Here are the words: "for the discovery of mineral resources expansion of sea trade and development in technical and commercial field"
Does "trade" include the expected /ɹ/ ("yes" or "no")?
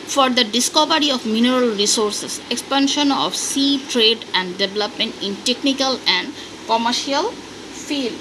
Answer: yes